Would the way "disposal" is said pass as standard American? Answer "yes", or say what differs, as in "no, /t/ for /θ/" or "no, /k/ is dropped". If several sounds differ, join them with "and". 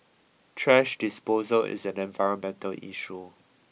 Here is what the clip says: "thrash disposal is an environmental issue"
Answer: yes